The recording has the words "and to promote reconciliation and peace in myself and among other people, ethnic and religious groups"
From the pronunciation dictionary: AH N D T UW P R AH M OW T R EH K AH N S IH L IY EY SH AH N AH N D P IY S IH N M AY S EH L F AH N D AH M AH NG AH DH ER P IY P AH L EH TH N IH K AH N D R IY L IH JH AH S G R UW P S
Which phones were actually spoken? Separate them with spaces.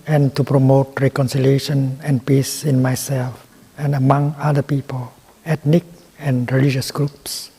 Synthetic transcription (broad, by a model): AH N T UW P R AH M OW T R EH K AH N S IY L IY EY SH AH N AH N P IY S IH N M AY S EH L F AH N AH M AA NG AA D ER P IY P AH L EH T N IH K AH N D R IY L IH JH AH S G R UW P S